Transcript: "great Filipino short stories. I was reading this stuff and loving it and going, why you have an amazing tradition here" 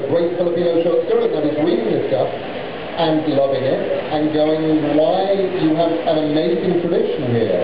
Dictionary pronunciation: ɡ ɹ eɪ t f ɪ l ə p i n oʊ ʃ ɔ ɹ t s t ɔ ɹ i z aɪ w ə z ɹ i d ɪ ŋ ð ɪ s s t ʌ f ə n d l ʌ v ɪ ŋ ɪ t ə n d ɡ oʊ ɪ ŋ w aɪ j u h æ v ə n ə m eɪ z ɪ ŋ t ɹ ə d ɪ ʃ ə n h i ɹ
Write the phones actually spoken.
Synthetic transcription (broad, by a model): ɡ ɹ eɪ t f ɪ l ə p i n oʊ ʃ ɔ ɹ t s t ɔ ɹ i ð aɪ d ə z w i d ɪ ŋ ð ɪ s s t ʌ f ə n l ʌ v ɪ ŋ ɪ t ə n ɡ oʊ ɪ ŋ w aɪ j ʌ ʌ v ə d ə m eɪ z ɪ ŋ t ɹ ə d ɪ ʃ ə n h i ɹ